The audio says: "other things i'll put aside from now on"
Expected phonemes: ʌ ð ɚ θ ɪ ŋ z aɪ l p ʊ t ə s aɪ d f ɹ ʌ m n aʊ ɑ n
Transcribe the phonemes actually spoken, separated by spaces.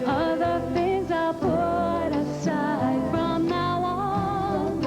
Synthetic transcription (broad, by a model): ʌ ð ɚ θ ɪ ŋ z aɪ p ʊ t ə s aɪ d f ɹ ʌ m n aʊ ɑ n